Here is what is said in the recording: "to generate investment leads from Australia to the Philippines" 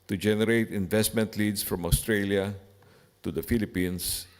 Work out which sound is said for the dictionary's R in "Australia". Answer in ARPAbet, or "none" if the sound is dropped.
R